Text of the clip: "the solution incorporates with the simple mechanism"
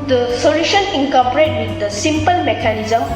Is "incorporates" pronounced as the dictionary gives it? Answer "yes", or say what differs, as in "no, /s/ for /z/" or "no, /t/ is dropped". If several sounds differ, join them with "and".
no, /s/ is dropped